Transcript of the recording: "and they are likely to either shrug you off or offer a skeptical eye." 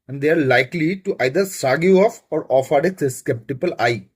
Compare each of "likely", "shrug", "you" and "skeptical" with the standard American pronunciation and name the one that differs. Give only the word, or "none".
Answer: shrug